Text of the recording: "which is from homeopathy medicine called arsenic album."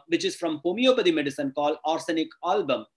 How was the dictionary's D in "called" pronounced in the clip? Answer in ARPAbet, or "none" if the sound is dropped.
none